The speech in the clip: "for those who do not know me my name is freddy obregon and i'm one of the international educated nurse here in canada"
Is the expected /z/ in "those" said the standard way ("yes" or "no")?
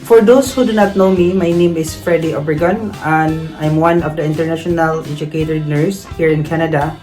no